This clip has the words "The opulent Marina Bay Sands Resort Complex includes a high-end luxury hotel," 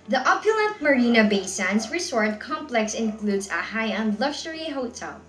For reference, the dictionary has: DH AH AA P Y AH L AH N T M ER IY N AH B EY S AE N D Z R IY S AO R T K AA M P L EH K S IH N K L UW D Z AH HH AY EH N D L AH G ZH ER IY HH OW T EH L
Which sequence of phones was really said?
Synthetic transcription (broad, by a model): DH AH AA P Y AH L AH N T M ER IY N AH B EY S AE N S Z R IY S AO R T K AA M P L EH K S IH N K L UW D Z AH HH AY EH N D L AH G SH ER IY HH OW T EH L